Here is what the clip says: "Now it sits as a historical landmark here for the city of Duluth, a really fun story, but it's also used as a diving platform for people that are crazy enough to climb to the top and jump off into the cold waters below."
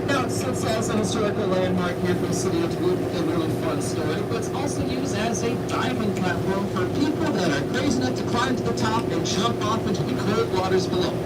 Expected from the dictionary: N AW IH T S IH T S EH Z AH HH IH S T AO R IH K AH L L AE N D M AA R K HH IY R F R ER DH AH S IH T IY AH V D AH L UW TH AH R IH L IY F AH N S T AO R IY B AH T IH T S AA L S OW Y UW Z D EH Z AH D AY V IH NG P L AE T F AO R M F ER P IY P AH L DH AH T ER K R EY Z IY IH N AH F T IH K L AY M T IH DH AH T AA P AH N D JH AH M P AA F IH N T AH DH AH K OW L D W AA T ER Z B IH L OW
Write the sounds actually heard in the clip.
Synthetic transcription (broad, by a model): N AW IH T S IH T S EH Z AH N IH S T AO R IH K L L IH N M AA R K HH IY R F R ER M S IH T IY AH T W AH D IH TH AH R IH L IY F AH N S T AO R IY B AH T IH T S AA L S OW Y UW Z D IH Z AH D AY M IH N P L AE T F AO R M F ER P IY P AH L DH AH T ER K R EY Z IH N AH T IH K L AY M T IH DH AH T AA P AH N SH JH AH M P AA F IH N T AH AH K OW D W AA T ER Z B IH L OW